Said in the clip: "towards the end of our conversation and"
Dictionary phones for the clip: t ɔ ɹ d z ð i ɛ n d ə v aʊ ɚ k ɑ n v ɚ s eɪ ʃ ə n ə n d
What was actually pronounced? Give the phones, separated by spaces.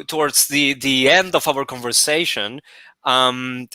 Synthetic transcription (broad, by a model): t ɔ ɹ d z ð i ɛ n d ə v aʊ ɚ k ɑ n v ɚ s eɪ ə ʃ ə n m